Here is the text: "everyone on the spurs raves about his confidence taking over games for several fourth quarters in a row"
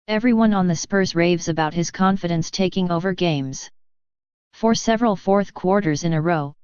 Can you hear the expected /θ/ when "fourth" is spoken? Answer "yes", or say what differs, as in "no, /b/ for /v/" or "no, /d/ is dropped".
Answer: yes